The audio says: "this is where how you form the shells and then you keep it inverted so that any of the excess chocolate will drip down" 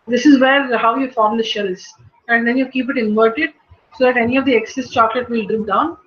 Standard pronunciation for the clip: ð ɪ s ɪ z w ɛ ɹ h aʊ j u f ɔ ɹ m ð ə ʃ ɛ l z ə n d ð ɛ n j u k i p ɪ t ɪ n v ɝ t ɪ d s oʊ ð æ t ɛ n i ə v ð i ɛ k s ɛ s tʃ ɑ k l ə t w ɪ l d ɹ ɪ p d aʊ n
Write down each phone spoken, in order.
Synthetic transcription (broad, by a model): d ɪ s ɪ z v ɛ ɹ h aʊ j u f ɔ ɹ m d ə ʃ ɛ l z ə n d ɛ n j u k i p ɪ t ɪ n v ɝ t ɪ d s oʊ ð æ t ɛ n i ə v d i ɛ k s ɛ s tʃ ɑ k l ə t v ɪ l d ɹ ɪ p d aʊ n